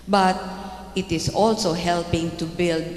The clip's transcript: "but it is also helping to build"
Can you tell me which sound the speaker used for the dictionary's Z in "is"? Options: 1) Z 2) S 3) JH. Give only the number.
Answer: 2